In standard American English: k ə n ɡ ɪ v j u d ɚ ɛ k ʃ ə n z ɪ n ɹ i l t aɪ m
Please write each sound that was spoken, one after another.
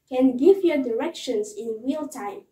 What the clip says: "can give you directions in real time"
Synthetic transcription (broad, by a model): k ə n ɡ ɪ v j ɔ d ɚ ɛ k ʃ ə n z ɪ n w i l t aɪ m